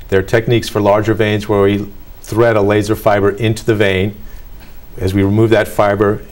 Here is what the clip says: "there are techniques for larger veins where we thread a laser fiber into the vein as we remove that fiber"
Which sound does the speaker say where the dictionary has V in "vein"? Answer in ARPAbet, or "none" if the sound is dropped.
V